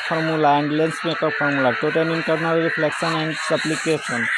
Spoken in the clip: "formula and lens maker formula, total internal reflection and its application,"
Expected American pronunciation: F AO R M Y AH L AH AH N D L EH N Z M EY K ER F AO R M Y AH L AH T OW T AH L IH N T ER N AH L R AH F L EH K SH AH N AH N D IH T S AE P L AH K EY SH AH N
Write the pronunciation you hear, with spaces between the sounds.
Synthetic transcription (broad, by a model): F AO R M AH L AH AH N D L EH N S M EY K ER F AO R M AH L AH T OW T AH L IH N T ER N AH L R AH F L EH K S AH N AH N D S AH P L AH K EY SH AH N